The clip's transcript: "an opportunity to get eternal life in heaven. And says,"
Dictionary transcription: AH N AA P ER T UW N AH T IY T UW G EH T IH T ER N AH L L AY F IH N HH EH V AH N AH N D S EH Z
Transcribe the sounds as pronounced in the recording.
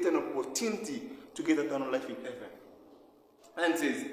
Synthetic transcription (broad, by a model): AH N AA P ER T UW N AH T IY T UW G EH T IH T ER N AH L L AY F IH N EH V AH AH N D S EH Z